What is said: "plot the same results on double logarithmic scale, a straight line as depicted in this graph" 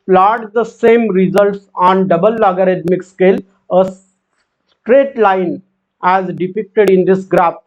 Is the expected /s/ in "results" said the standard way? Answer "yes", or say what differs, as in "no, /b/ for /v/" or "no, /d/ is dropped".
yes